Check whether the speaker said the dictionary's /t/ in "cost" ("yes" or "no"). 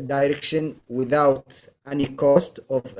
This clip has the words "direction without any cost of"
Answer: yes